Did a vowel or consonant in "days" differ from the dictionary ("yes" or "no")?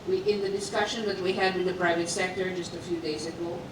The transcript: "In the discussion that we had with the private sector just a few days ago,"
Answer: no